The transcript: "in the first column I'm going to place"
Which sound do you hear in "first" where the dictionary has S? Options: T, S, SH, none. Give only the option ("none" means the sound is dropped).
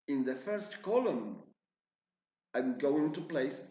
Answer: S